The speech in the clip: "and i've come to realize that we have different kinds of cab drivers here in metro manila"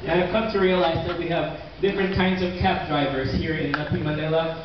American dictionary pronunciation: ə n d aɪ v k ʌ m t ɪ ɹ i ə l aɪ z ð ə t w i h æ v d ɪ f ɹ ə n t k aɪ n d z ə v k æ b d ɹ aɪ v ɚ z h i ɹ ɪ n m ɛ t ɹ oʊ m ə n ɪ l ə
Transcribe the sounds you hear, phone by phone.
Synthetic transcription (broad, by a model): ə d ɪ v k ʌ m t ɪ ɹ i ə l aɪ z ð ə t w i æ v d ɪ f ɹ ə n k aɪ n d z ə v k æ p d ɹ aɪ v ɚ z h i ɹ ɪ n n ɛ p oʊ m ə n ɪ l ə